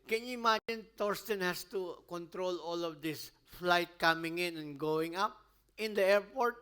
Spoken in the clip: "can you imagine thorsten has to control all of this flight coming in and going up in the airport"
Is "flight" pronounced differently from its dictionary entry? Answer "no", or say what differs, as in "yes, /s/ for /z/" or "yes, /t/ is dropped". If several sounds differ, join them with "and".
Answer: no